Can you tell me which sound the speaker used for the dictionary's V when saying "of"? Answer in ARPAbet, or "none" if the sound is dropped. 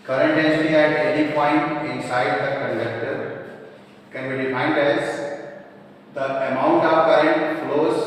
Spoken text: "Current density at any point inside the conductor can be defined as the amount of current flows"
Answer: P